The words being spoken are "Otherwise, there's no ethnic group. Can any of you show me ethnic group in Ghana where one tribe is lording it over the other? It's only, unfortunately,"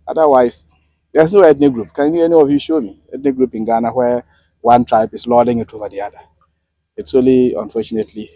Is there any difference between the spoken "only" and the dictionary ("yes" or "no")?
yes